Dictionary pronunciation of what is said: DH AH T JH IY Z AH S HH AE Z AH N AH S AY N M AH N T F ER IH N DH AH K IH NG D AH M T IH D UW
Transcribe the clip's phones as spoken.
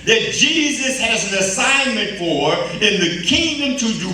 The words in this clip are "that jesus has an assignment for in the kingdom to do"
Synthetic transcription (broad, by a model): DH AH T JH IY Z AH S HH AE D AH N AH S AY N M AH N T F ER IH N DH AH K IH NG D AH M T IH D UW